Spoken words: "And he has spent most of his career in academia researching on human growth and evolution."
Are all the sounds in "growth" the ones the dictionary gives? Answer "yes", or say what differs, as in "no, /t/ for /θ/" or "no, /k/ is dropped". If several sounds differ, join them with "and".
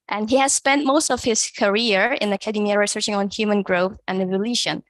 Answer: yes